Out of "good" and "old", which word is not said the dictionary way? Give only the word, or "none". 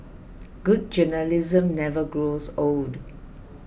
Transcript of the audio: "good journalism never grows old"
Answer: none